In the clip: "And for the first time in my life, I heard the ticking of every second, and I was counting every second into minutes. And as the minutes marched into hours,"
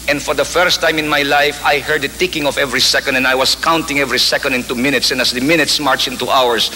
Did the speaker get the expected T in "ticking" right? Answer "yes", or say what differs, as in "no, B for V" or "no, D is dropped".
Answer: yes